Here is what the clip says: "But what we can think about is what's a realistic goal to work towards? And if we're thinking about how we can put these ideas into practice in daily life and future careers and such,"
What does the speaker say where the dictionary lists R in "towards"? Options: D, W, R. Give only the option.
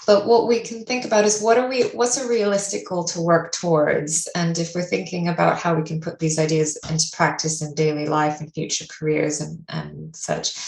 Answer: R